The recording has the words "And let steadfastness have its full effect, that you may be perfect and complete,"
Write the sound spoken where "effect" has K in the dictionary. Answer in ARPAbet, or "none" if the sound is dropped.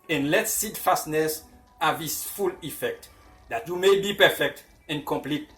K